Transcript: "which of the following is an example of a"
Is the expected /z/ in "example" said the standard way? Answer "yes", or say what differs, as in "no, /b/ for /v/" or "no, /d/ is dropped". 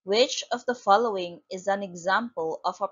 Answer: yes